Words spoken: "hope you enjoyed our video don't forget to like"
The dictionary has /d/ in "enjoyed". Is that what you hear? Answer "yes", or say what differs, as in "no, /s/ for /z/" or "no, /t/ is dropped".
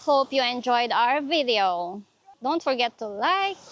yes